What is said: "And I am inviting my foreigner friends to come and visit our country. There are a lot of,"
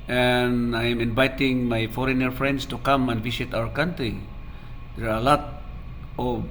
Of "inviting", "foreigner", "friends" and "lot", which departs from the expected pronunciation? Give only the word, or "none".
friends